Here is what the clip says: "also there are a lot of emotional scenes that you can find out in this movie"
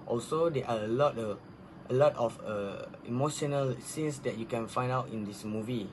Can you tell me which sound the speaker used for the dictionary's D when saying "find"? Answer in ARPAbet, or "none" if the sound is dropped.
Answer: D